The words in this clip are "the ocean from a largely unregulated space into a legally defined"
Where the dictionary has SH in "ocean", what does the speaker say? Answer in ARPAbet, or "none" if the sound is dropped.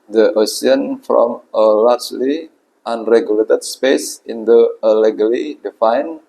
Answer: S